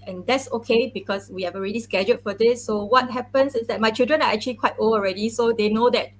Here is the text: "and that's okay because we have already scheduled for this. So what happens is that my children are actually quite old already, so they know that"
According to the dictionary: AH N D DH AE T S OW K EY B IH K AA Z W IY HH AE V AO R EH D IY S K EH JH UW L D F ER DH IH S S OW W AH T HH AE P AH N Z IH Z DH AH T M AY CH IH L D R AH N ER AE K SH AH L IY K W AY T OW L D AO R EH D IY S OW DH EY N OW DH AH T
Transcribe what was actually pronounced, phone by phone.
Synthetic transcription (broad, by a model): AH N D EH T S OW K EY B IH K AA S W IY HH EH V AO R EH D IY S K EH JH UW D F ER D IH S S OW W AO T HH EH P AH N S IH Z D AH T M AY CH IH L D R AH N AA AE K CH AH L IY K W AY T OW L AO R EH D IY S OW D EY N OW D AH T